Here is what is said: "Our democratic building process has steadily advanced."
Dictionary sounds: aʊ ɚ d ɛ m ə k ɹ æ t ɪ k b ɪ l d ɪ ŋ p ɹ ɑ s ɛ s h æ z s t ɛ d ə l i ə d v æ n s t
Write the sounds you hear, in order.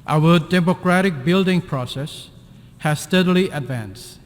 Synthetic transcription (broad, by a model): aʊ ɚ d ɛ m ə k ɹ æ t ɪ k b ɪ l d ɪ ŋ p ɹ ɑ s ɛ s h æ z s t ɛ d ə l i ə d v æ n s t